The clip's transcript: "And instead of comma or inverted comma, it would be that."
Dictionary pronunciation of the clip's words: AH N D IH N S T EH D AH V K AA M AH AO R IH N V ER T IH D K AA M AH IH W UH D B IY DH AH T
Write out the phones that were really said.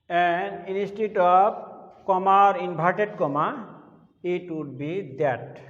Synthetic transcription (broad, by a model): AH N D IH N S T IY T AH B K AA M AH R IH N B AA T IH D K AA M AH IH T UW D B IY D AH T